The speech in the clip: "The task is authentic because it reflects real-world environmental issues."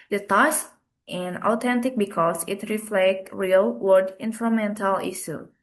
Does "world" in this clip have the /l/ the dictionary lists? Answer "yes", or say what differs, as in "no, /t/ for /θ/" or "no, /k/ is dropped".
no, /l/ is dropped